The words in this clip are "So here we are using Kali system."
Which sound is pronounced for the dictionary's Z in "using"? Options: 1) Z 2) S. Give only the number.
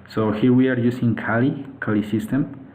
2